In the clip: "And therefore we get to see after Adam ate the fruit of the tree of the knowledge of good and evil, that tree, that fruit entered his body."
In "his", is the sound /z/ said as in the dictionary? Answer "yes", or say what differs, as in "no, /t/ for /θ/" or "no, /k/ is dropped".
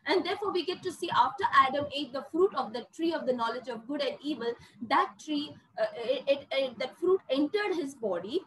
yes